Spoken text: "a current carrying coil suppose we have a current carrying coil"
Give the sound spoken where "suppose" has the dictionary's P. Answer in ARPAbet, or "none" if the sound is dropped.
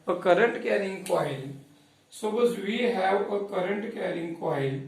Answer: B